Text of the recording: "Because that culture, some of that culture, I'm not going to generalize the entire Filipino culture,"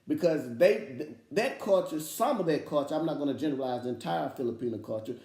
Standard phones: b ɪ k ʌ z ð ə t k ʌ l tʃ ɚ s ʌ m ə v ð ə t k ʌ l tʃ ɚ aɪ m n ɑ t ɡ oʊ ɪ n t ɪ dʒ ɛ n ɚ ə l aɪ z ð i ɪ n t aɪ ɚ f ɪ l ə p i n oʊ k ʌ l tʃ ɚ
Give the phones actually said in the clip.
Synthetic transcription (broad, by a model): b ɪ k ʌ z ð ə t k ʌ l tʃ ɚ s ʌ m ə v ð ə t k ʌ l tʃ ɚ aɪ m n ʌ t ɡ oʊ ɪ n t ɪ dʒ ɛ n ɚ ə l aɪ z ð i ɪ n t aɪ ɚ f ɪ l ə p i n oʊ k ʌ l tʃ ɚ